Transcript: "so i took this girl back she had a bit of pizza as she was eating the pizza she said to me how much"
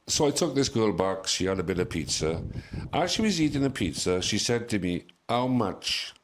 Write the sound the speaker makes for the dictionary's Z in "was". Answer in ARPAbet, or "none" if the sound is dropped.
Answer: Z